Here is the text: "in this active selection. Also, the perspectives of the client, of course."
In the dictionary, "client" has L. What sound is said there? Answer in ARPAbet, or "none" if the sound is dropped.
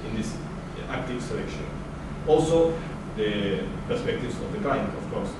none